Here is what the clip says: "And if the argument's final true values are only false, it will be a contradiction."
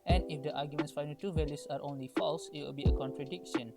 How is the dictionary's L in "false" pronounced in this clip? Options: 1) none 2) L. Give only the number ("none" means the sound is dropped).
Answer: 2